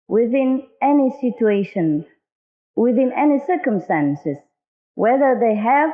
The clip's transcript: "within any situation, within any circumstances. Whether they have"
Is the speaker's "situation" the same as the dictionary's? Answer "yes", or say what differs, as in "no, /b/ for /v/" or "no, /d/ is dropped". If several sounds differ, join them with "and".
yes